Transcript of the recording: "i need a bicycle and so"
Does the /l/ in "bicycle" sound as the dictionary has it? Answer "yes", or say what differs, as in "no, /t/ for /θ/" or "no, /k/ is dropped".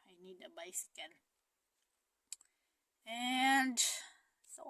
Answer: no, /n/ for /l/